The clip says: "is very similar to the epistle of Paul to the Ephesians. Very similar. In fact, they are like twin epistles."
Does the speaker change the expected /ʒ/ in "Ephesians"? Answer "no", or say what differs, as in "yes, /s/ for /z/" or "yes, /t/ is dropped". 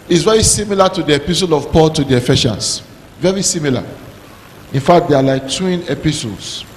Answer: yes, /ʃ/ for /ʒ/